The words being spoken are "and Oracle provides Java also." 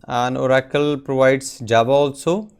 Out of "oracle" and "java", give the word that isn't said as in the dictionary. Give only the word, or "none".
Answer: java